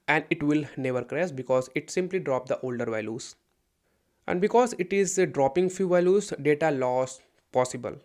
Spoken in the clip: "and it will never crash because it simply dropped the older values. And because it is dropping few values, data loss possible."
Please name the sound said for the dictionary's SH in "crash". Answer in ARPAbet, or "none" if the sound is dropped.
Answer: S